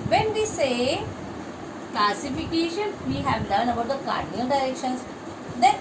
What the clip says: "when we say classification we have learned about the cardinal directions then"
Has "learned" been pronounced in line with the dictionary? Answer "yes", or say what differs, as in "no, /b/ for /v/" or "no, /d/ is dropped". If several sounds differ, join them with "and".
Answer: no, /d/ is dropped